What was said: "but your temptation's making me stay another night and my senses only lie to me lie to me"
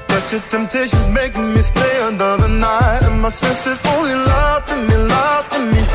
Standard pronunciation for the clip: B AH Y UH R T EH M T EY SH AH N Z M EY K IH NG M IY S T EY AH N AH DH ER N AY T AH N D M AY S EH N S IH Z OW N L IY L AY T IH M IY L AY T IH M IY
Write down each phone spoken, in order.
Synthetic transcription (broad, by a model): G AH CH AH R T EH M T EY SH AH N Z M EY K IH NG M IY S T EY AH N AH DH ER N AY T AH N M AY S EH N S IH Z OW N L IY L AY T IH M IY L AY T IH M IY